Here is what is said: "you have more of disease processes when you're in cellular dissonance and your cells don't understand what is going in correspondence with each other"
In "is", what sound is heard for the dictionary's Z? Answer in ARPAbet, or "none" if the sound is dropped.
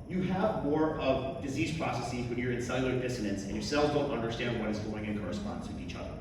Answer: Z